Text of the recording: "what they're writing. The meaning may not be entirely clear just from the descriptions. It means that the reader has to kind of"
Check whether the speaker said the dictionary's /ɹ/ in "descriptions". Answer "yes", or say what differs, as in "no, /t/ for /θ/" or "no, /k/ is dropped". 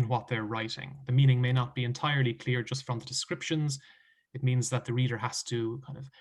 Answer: yes